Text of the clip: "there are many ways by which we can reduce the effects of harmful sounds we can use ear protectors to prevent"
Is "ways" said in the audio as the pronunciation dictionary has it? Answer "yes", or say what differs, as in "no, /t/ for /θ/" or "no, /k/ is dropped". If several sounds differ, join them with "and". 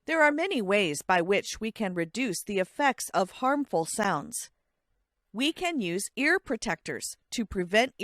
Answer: yes